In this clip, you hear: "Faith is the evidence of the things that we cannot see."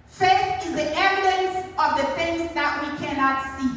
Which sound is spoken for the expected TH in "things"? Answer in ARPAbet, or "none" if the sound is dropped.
F